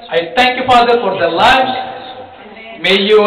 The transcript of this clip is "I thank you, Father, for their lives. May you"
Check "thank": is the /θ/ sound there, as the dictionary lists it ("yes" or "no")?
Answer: no